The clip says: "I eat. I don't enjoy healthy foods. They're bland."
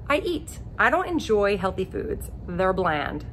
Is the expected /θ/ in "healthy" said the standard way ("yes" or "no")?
yes